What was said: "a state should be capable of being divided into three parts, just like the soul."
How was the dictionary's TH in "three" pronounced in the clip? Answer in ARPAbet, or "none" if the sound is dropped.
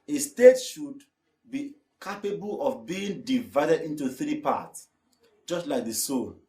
TH